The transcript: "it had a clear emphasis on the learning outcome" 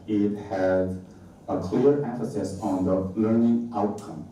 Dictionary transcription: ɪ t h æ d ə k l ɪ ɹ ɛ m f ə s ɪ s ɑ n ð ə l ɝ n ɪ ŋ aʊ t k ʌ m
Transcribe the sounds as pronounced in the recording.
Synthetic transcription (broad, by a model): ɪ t h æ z ə k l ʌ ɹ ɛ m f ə s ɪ s ɑ n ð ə l ɝ n ɪ ŋ aʊ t k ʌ m